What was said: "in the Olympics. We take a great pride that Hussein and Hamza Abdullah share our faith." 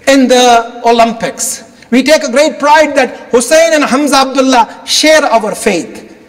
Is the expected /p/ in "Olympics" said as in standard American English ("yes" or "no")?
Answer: yes